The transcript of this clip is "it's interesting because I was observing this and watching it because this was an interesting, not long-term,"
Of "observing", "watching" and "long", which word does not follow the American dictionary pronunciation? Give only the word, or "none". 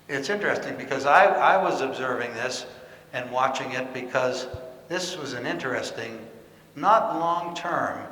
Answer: none